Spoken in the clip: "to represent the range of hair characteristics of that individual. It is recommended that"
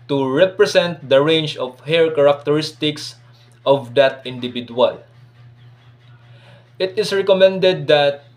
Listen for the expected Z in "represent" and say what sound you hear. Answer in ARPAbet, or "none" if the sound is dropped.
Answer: S